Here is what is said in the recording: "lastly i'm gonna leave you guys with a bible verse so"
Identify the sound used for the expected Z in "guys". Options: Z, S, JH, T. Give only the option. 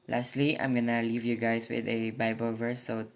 S